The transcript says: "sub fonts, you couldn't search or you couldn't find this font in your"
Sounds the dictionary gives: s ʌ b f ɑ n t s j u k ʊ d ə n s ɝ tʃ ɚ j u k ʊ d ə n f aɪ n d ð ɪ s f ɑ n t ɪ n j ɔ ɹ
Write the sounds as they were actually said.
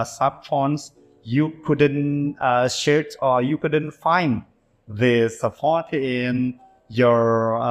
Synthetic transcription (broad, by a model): s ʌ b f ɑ n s j u k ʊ d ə n ʃ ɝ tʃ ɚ j u k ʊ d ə n f aɪ n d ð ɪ s p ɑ t ɪ n j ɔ ɹ